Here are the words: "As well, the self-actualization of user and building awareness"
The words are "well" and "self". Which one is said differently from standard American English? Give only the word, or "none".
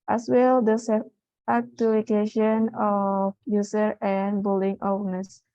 self